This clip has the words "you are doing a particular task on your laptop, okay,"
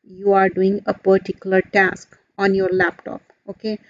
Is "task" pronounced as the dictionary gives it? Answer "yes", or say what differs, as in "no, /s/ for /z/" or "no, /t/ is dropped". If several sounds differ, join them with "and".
yes